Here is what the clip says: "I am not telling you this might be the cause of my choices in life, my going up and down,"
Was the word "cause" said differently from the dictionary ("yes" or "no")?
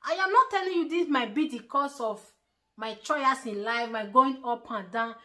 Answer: yes